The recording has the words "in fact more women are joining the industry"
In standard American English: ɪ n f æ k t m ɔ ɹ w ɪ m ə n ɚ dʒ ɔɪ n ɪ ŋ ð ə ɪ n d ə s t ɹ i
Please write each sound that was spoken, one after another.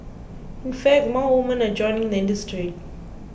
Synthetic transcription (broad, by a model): ɪ n f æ k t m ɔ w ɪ m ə n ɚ dʒ ɔɪ n ɪ ŋ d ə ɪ n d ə s t ɹ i